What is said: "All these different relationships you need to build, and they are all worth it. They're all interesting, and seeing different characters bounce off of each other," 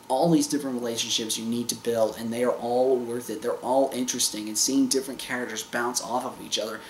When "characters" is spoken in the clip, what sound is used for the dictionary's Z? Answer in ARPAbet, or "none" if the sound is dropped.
Z